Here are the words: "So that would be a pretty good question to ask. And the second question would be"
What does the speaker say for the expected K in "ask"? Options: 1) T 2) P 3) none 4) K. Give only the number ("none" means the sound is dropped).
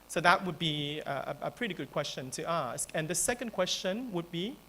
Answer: 4